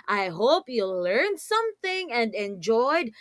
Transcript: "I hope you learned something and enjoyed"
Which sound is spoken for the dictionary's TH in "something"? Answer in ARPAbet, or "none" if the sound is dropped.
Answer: TH